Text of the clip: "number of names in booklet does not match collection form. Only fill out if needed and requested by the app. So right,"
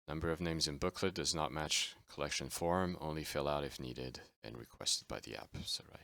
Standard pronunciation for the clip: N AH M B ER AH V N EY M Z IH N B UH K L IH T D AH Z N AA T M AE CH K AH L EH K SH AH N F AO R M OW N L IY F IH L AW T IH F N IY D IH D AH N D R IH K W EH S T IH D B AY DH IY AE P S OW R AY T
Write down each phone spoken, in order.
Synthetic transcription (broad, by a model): N AH M B ER AH V N EY M Z IH N B UH K L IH D AH Z N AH T M AE CH K AH L EH K SH AH N F AO R M OW N L IY F IH L AW T IH F N IY D IH D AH N R IH K W EH S T IH D B AY DH IY AE P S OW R AY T